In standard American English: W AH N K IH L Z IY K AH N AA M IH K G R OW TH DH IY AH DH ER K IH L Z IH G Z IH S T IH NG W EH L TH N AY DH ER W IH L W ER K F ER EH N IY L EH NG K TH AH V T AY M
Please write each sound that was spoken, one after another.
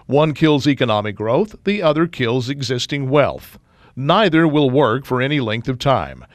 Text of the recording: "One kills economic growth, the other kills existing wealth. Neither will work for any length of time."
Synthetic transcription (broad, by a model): W AH N K IH L Z IY K AH N AA M IH K G R OW TH DH IY AH DH ER K IH L Z IH G Z IH S T IH NG W EH L TH N AY DH ER W IH L W ER K F ER EH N IY L EH NG K TH AH V T AY M